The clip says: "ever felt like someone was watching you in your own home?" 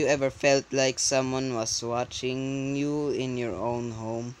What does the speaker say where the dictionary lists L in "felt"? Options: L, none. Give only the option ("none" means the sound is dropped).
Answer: L